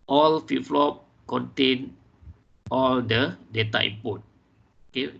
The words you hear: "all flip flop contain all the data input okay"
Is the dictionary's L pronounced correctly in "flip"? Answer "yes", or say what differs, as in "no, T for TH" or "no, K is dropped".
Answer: no, L is dropped